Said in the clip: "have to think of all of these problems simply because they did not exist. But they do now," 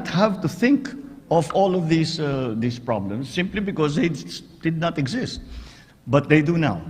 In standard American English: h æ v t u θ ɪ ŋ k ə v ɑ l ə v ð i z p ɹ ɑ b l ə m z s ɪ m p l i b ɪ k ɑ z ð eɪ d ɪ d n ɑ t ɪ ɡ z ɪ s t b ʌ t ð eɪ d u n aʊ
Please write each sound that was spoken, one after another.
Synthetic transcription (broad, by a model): h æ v t u θ ɪ ŋ k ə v ɑ l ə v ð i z p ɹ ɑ b l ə m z s ɪ m p l i b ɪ k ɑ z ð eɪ d ɪ d n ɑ t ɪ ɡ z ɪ s t b ʌ t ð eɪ d u n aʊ